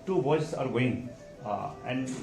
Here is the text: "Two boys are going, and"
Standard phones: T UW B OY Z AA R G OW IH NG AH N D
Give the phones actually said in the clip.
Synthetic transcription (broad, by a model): T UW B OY S AA R G OW IH NG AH N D